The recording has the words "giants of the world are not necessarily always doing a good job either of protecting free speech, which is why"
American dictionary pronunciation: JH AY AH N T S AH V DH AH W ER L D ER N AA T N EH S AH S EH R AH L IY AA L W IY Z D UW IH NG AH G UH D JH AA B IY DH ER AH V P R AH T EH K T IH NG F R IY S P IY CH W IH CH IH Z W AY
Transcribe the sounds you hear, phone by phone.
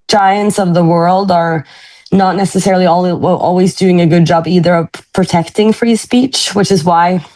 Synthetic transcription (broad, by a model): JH AY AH N T S AH V DH AH W ER L D ER N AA T N EH S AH S EH R L IY AA L W IY Z D UW IH NG AH G UH D JH AA B IY DH ER AH V P R AH T EH K T IH NG F R IY S P IY CH W IH CH IH Z W AY